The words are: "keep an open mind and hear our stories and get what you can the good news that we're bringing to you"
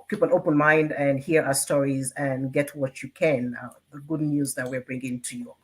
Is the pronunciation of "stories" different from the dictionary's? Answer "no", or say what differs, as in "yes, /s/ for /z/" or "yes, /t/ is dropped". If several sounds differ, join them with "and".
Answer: no